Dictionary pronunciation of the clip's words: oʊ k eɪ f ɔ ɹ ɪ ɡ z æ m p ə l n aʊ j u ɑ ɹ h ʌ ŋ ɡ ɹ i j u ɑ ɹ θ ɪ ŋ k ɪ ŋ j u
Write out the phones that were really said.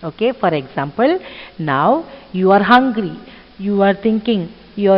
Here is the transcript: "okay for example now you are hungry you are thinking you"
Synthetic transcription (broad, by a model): oʊ k eɪ f ɔ ɹ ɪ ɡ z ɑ m p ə l n aʊ j u ɑ ɹ h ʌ ŋ ɡ ɹ i j u ɑ ɹ t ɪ ŋ k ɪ ŋ j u